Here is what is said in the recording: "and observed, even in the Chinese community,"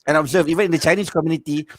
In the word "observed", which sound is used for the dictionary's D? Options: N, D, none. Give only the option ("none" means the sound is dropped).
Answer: none